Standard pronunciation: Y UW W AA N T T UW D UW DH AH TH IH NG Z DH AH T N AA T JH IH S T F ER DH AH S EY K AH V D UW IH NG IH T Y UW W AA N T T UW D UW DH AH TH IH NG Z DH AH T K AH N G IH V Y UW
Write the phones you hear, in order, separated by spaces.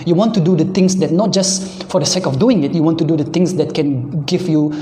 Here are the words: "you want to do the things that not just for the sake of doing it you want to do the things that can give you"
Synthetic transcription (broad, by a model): Y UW W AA N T T UW D UW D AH T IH NG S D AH T N AA T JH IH S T F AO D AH S EY K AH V D UW IH NG IH T Y UW W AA N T T UW D UW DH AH T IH NG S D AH T K AH N G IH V Y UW